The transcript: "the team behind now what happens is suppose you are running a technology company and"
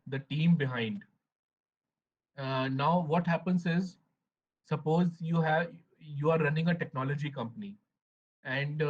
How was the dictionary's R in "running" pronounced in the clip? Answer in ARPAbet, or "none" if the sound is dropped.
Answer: R